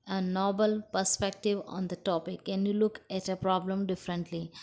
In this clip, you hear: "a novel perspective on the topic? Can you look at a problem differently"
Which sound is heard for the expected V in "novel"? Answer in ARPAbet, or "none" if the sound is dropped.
B